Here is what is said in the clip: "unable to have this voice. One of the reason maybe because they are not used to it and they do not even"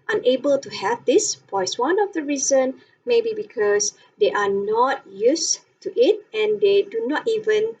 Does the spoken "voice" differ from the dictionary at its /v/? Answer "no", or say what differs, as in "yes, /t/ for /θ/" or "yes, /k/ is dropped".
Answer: yes, /p/ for /v/